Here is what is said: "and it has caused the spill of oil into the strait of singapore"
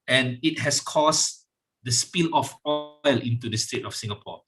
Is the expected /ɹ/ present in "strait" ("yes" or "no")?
no